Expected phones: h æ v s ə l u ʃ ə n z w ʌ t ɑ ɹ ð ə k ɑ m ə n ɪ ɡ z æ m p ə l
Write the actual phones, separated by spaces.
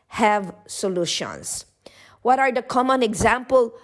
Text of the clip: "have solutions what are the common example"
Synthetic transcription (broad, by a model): h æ v s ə l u ʃ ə n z w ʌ t ɑ ɹ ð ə k ɑ m ə n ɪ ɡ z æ m p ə l